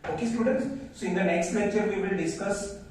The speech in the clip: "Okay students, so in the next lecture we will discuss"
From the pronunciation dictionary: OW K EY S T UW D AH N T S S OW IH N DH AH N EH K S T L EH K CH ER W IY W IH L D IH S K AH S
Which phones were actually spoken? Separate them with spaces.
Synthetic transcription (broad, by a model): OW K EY S T UW D AH N T S S OW IH N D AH N EH K S T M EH CH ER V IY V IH L D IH S K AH S